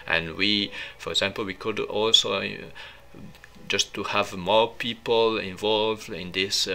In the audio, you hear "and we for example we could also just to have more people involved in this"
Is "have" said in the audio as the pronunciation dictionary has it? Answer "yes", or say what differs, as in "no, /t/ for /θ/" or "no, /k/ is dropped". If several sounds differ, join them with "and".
yes